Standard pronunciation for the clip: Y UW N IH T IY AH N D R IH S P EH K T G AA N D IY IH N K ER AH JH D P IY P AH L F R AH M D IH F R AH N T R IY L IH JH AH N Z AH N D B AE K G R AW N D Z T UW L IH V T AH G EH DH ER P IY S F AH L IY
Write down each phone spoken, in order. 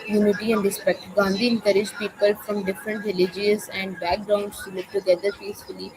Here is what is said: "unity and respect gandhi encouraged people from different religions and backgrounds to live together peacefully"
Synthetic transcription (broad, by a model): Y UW N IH T IY AH N D R IH S P EH K T G AA N D IY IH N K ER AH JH P IY P AH L F R AH M D IH F R AH N T R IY L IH JH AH Z AH N D B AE K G R AW N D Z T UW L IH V T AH G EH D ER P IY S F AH L IY